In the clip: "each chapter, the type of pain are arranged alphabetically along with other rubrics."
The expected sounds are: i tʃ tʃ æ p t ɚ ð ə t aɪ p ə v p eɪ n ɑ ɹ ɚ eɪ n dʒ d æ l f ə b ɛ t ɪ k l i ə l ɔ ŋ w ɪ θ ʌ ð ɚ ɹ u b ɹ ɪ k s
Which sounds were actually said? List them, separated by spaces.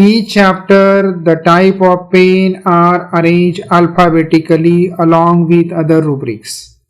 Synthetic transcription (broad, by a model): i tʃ tʃ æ p t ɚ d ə t aɪ p ə v p eɪ n ɑ ɹ ɚ eɪ n dʒ d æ l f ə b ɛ t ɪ k l i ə l ɔ ŋ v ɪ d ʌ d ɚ ɹ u b ɹ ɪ k s